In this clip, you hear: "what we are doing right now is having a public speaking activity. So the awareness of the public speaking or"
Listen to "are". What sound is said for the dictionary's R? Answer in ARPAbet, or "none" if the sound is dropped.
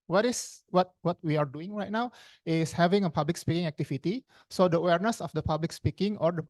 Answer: W